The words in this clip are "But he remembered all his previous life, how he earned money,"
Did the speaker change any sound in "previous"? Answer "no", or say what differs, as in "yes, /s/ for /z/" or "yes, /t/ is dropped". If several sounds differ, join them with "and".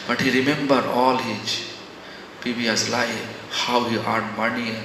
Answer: yes, /ɹ/ is dropped and /b/ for /v/